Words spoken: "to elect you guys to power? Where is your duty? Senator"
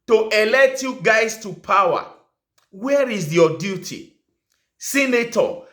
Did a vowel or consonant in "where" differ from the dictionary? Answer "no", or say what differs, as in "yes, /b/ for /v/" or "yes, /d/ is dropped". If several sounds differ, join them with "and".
no